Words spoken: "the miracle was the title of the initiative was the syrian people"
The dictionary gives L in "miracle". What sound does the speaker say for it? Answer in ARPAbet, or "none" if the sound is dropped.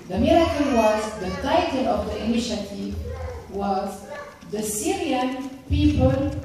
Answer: N